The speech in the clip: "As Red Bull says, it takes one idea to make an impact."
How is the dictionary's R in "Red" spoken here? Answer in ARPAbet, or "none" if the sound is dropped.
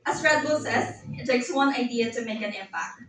R